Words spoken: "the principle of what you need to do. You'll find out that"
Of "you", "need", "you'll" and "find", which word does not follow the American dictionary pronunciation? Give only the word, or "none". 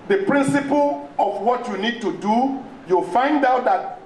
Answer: none